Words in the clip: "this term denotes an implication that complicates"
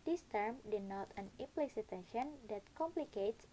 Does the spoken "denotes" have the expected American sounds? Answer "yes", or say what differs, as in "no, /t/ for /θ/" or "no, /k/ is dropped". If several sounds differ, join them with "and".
no, /s/ is dropped